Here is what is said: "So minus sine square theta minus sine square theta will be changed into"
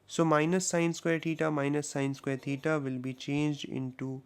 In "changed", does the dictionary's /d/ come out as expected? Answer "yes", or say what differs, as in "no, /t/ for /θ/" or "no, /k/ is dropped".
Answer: yes